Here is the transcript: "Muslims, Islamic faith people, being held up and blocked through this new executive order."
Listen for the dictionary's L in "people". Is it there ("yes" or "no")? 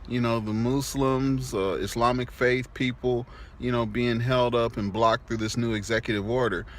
no